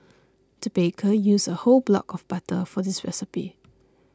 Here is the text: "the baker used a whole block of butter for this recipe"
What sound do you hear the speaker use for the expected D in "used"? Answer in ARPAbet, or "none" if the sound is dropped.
none